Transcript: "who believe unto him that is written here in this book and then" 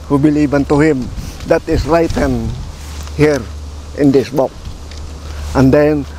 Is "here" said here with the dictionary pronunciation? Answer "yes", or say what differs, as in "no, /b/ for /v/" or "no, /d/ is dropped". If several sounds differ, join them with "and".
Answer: yes